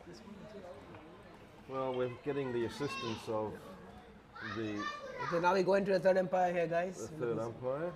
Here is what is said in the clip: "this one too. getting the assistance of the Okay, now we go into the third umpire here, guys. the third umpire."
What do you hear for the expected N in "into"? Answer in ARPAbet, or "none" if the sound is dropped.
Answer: N